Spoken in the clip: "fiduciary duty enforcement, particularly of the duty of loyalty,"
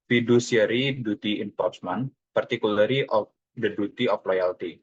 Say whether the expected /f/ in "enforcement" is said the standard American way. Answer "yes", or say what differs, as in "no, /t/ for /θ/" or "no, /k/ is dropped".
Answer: no, /p/ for /f/